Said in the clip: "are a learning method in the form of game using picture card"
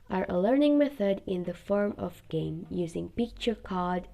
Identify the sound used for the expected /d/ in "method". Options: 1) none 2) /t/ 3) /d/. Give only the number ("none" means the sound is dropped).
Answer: 3